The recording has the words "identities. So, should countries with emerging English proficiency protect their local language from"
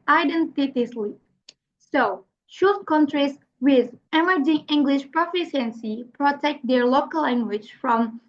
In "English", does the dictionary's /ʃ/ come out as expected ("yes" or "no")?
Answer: yes